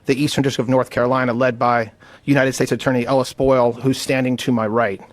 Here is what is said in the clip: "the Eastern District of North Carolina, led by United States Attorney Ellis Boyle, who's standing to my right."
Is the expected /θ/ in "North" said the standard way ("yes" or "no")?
yes